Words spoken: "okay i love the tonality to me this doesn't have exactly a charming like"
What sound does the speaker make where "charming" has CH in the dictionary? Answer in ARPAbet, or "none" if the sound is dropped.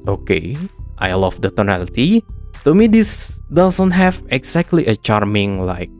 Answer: CH